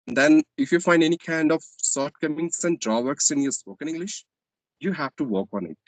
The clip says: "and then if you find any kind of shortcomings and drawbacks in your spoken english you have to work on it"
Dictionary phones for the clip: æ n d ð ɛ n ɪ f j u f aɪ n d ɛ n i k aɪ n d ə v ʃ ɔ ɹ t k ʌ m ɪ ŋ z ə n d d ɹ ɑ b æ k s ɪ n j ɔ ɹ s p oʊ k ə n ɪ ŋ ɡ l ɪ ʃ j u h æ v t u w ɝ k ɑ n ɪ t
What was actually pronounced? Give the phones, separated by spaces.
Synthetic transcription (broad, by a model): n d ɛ n ɪ f j u f aɪ n d ɛ n i k aɪ n d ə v s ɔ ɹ t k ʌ m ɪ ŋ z ə n d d ɹ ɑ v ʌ k s ɪ n j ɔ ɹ s p oʊ k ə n ɪ ŋ ɡ l ɪ ʃ j u h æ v t u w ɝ k ɑ n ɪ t